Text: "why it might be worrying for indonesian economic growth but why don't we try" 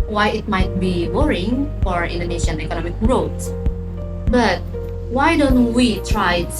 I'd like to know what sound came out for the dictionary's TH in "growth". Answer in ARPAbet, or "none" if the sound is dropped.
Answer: S